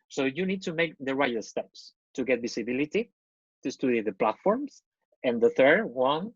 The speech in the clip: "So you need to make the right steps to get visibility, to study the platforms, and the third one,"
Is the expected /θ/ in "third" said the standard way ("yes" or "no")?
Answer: yes